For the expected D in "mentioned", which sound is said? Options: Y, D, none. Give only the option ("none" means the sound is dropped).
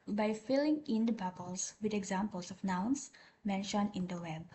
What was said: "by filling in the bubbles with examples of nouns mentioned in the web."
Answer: none